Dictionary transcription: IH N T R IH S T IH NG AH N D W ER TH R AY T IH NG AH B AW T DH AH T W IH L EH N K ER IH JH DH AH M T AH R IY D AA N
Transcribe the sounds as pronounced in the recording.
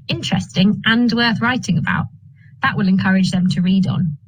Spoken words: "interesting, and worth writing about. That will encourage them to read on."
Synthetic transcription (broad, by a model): IH N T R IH S T IH NG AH N W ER TH R AY T IH NG AH B AW T DH AH T W IH L EH N K ER IH JH DH AH M T AH R IY D N